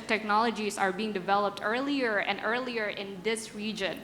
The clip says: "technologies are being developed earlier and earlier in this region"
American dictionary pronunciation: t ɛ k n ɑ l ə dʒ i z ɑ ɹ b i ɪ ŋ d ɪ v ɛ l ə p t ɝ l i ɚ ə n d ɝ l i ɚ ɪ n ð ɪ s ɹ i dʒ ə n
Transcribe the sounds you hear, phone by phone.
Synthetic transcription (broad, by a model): t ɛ k n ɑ l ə dʒ i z ɑ ɹ b i ɪ ŋ d ɪ v ɛ l ə p t ɝ l i ɚ ə n d ɝ l i ɚ ɪ n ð ɪ s ɹ i dʒ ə n